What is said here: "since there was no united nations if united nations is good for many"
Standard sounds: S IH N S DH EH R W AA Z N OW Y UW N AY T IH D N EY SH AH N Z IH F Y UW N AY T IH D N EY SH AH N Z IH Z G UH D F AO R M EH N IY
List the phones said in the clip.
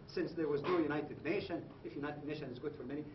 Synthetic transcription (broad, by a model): S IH N S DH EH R W AA Z N OW Y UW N AY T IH D N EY SH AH N IH F Y UW N AY T IH D N EY SH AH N IH Z G UH D F AO R M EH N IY